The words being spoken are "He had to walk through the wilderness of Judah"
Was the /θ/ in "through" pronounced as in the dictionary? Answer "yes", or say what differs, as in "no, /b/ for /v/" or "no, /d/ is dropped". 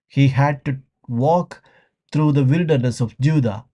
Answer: no, /t/ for /θ/